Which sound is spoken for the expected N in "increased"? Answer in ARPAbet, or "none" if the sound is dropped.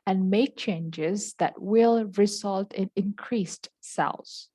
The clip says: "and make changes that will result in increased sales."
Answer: N